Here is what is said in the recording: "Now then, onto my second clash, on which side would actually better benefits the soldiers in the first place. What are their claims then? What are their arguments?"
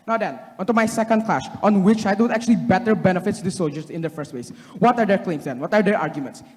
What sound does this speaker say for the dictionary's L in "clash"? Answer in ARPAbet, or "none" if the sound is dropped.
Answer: L